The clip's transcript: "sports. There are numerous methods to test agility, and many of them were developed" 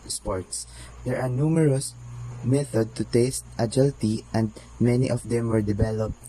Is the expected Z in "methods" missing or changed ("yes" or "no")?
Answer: yes